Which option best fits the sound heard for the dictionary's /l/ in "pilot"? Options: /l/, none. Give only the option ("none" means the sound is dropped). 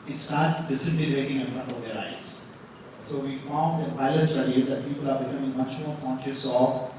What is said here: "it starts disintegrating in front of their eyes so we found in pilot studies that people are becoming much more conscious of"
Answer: none